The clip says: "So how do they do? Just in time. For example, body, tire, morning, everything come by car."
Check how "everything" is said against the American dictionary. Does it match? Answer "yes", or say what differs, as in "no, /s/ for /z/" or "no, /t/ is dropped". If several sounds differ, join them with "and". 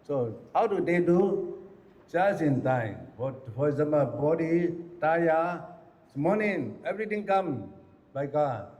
no, /t/ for /θ/